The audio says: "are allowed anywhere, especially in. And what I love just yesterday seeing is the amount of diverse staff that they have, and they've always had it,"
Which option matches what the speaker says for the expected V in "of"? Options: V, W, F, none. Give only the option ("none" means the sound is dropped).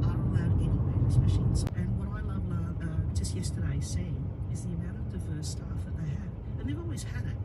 V